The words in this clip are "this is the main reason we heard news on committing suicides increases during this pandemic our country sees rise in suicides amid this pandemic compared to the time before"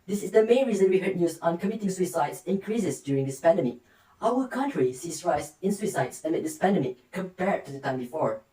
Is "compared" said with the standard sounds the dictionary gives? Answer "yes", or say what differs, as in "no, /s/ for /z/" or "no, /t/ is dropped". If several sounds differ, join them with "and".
yes